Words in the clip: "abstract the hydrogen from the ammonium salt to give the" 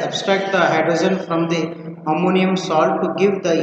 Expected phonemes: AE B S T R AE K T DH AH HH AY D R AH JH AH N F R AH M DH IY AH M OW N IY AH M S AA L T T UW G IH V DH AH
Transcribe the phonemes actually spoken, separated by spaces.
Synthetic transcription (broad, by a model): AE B S T R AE K T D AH HH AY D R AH Z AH N F R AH M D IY AH M OW N IY AH M S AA L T T UW G IH V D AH